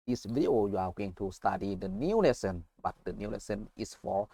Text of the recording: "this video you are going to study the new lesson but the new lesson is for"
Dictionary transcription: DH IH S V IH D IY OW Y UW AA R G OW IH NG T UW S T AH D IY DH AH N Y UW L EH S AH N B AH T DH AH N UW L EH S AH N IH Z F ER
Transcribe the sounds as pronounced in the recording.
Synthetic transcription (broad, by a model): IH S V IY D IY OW Y UW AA W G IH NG T UW S T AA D IY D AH N Y UW L EH S AH N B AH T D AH N UW L EH S AH N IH S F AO